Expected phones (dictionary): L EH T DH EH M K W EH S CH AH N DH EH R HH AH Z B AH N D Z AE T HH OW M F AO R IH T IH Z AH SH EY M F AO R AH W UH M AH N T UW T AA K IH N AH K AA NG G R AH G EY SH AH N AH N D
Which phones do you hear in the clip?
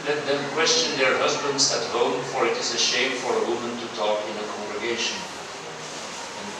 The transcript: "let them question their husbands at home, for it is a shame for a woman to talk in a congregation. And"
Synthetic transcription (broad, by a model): L EH T DH EH M K W EH S CH AH N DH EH R HH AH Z B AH N D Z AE T HH OW M F AO R IH T IH Z AH SH EY M F AO R AH W UH M AH N T UW T AA K IH N AH K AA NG G R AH G EY AH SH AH N